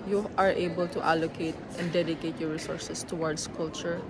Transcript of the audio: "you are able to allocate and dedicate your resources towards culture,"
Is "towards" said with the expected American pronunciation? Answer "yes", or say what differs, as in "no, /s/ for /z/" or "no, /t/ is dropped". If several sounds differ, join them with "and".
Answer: no, /s/ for /z/